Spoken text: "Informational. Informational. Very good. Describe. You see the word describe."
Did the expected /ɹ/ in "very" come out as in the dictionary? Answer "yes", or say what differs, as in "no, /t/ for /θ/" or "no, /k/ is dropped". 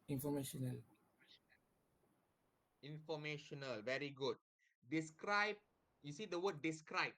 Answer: yes